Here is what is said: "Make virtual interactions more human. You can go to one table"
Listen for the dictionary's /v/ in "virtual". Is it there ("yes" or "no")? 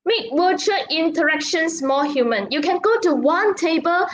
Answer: no